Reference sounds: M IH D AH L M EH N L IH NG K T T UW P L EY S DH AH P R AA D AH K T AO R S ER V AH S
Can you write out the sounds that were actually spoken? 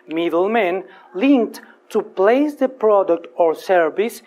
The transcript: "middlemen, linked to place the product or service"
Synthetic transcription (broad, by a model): M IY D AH L M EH N L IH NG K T T UW P L EY S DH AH P R AA D AH K T AO R S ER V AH S